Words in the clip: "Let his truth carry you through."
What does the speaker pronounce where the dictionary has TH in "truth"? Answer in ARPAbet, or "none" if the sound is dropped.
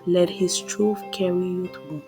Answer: F